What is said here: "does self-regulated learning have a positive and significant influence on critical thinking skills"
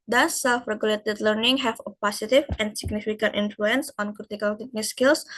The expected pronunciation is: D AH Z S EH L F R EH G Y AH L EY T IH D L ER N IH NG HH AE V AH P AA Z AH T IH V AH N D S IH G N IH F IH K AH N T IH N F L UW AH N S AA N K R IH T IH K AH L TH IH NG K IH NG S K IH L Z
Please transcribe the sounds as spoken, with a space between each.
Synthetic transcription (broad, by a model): D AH S EH L F R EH G Y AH L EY T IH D L ER N IH NG HH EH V AH P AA S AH T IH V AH N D S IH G N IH F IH K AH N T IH N F L UW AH N S AA N K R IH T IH K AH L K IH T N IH S K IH L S